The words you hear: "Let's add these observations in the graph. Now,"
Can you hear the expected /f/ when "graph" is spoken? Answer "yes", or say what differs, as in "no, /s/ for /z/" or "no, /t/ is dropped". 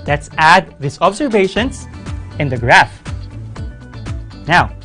yes